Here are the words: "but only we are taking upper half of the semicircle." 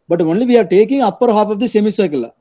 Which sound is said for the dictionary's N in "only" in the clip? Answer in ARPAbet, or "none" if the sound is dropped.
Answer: N